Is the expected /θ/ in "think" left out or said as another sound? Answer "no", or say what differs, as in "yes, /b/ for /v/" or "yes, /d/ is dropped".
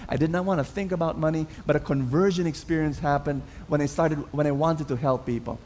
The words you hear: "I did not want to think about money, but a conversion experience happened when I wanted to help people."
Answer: no